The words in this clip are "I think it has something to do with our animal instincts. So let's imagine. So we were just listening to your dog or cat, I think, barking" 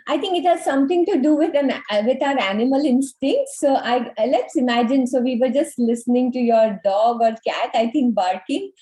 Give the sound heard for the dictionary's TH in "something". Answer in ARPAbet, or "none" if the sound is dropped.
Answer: T